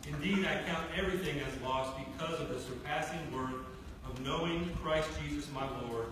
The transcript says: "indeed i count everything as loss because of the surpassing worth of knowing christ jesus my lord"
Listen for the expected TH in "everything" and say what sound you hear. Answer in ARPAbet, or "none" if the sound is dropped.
TH